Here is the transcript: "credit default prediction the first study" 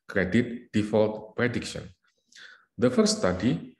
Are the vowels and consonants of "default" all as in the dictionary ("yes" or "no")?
yes